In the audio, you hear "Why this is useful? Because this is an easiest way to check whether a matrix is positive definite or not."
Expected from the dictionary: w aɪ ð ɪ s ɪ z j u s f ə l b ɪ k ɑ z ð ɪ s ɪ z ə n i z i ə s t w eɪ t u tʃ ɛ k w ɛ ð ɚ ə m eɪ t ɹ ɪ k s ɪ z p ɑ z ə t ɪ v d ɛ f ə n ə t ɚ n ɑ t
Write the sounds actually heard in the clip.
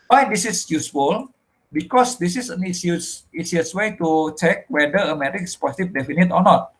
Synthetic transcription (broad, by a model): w aɪ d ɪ s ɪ s j u s f ə l b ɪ k ɑ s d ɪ s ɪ s ə n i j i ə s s w eɪ t u tʃ ɛ k w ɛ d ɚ ə m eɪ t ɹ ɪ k ɪ s p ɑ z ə t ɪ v d ɛ f ə n ə t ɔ n ɑ t